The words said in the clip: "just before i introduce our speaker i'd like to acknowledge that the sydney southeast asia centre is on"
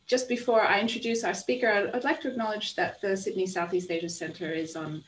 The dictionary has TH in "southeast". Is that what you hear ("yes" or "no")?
yes